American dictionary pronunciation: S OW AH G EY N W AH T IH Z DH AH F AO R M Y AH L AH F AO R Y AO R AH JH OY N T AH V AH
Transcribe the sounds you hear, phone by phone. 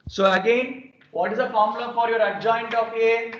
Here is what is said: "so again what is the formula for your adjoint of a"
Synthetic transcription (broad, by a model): S OW AH G EY N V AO T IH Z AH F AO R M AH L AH F AO R Y AO R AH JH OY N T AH P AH